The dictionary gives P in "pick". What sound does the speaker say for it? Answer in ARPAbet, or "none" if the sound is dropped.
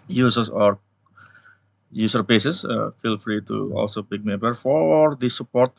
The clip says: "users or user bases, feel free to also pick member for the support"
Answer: B